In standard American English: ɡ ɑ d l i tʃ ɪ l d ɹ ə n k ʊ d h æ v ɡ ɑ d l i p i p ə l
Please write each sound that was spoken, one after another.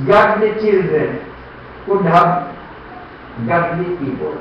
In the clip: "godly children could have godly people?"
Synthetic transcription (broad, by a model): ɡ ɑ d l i tʃ ɪ l d ɹ ə n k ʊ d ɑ b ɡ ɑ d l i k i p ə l